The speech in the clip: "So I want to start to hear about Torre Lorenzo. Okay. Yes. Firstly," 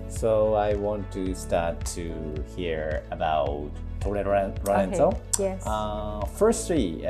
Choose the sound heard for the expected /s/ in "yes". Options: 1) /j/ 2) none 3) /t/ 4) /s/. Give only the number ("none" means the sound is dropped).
2